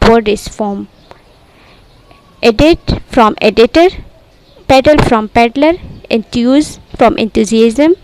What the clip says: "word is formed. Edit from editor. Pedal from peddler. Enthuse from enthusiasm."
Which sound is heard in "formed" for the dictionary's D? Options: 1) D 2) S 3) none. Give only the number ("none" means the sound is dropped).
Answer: 3